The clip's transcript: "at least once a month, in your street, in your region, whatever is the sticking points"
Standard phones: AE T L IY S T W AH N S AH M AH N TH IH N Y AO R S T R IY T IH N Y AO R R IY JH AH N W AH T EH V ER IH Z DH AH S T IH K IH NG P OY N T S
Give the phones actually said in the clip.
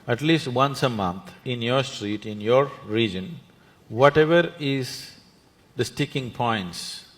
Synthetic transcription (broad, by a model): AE T L IY S T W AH N S AH M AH N T IH N Y AO R S T R IY T IH N Y AO R R IY JH AH N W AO T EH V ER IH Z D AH S T IH K IH NG P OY N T S